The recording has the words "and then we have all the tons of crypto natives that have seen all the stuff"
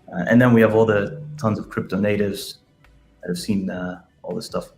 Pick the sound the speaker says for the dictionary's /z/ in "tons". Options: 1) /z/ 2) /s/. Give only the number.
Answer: 1